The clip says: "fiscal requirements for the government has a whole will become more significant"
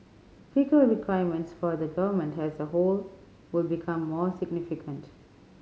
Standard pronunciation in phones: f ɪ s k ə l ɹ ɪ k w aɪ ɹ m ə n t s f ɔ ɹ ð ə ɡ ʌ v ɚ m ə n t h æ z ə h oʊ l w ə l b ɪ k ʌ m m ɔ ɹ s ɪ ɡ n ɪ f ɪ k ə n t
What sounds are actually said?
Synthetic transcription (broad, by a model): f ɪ k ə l ɹ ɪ k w aɪ m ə n t s f ɔ ɹ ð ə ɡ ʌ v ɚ m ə n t h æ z ə h oʊ l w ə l b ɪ k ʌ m m ɔ ɹ s ɪ ɡ n ɪ f ɪ k ə n t